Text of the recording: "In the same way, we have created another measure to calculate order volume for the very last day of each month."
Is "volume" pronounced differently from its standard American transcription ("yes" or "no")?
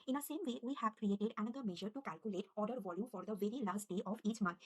no